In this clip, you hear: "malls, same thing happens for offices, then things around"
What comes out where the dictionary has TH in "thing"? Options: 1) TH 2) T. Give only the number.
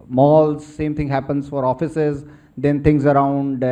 2